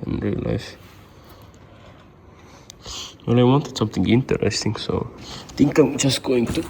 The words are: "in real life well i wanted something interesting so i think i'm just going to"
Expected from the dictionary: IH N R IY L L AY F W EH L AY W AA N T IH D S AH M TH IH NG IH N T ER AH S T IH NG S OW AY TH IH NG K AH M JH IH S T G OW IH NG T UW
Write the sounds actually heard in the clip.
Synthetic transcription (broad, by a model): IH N R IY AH L AY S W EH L AY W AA N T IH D S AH M T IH NG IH N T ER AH S T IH NG S OW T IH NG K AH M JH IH S G OW IH NG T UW